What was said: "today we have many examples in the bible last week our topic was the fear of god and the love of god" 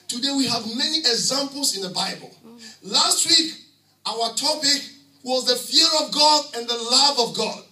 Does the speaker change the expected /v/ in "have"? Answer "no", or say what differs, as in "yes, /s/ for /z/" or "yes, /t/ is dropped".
no